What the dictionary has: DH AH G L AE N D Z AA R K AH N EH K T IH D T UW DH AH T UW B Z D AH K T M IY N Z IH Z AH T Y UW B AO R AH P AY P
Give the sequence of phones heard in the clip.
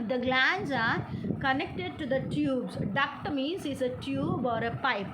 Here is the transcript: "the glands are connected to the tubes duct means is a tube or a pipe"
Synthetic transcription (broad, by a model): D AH G L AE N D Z AA R K AH N EH K T IH D T UW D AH T UW B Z D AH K T M IY N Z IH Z AH T Y UW B AO R AH P AY P